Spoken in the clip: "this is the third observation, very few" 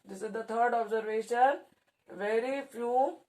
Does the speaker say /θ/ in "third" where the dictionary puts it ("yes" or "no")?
no